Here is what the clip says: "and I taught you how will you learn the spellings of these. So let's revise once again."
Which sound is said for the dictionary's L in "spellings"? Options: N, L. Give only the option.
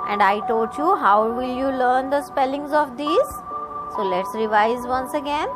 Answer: L